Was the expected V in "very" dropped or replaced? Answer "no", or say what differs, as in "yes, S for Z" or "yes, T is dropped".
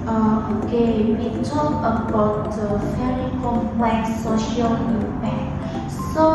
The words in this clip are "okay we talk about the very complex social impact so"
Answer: yes, F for V